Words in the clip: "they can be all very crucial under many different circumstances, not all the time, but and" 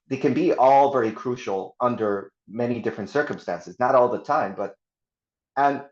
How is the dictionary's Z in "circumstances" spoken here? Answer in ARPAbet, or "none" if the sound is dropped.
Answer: Z